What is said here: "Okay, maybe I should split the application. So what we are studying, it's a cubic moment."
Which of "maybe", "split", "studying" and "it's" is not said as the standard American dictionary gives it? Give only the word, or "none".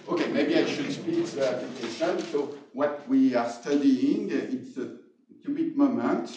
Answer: split